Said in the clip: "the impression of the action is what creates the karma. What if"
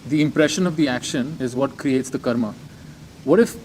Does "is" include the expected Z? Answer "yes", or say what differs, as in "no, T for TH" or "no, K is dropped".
yes